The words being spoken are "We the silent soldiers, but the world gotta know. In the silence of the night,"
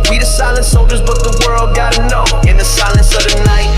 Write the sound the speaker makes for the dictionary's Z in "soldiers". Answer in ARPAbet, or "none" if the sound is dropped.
Z